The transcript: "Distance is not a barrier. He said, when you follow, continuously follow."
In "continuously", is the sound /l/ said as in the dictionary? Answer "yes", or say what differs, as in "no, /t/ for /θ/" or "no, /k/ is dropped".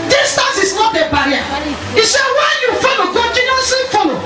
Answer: no, /l/ is dropped